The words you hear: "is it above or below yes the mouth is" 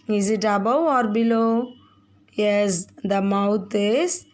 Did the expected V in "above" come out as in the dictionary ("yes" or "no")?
no